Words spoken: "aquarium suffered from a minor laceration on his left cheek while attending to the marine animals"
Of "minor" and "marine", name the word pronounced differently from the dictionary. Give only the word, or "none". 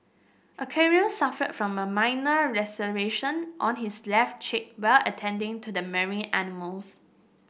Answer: marine